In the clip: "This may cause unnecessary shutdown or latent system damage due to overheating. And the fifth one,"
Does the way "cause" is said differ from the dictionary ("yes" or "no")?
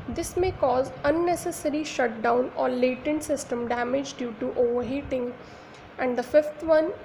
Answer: no